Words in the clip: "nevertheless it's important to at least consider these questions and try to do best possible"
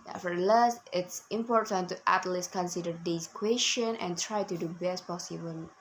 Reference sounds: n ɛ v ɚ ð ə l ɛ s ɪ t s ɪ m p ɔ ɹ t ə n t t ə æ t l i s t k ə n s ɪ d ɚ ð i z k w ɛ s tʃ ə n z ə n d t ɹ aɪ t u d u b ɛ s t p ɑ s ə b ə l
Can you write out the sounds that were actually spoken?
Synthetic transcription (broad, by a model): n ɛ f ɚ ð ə l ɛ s ɪ t s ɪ m p ɔ ɹ t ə n t t æ t l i s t k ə n s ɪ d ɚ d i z k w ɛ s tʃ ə n ə n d t ɹ aɪ t u d u b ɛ s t p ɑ s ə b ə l